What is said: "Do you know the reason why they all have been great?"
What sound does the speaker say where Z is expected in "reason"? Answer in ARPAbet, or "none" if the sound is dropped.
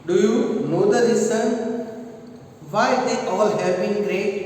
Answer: S